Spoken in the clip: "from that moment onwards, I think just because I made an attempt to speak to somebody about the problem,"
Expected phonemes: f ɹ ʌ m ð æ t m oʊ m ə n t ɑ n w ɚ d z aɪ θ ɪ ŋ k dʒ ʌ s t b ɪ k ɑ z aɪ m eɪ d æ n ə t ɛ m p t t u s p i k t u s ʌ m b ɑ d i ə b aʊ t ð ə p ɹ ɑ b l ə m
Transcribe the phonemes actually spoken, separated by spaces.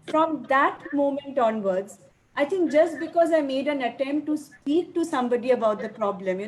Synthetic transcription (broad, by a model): f ɹ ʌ m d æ t m oʊ m ə n t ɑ n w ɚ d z aɪ t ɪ ŋ k dʒ ʌ s t b ɪ k ɑ z aɪ m eɪ d æ n ə t ɛ m p t t u s p i k t u s ʌ m b ɑ d i ə b aʊ t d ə p ɹ ɑ b l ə m